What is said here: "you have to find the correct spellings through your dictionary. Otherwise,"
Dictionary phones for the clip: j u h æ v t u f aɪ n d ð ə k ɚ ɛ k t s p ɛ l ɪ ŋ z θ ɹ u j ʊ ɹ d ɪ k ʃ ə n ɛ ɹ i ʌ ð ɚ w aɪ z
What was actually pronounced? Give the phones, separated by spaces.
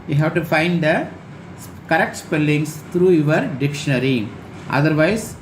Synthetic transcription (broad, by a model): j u h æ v t u f aɪ n d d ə k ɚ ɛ k t s p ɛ l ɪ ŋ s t ɹ u j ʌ ɹ d ɪ k ʃ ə n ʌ ɹ i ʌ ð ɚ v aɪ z